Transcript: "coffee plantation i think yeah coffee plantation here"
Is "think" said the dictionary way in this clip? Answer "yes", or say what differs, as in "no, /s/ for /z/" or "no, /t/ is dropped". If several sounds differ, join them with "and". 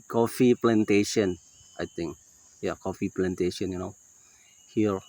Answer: no, /t/ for /θ/